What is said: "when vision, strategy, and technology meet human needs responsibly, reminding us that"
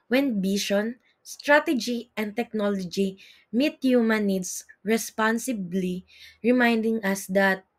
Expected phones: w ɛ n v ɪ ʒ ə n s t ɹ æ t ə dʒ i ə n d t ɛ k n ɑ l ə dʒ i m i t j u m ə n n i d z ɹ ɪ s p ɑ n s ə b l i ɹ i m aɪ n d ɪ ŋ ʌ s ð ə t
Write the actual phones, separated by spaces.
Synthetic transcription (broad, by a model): w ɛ n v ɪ ʃ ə n s t ɹ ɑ t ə dʒ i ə n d t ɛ k n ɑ l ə dʒ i m i t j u m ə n n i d s ɹ ɪ s p ɑ n s ə b l i ɹ i m aɪ n d ɪ ŋ ʌ s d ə t